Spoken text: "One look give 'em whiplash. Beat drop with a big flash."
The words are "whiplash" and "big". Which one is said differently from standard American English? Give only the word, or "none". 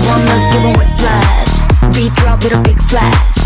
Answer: whiplash